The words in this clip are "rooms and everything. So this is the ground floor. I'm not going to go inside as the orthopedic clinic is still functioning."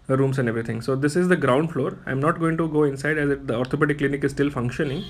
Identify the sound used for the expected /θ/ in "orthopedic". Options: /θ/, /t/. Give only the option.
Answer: /t/